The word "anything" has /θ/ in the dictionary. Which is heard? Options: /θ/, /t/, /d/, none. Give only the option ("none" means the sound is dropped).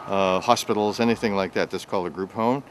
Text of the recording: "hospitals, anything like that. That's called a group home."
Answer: /θ/